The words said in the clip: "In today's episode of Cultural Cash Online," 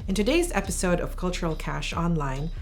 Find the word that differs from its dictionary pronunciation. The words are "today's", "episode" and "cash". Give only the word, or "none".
none